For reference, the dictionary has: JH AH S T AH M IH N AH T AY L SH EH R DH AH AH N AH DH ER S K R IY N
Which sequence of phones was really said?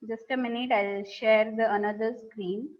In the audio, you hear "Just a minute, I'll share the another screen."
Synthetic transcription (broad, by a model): JH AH S T AH M IH N AH T AY L SH EH R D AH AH N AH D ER S K R IY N